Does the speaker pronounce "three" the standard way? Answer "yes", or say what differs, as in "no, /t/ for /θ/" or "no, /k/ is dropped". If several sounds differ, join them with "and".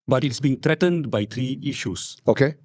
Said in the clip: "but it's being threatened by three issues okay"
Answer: no, /t/ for /θ/